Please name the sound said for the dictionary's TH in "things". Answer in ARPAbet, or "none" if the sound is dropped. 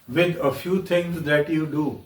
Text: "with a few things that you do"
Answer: T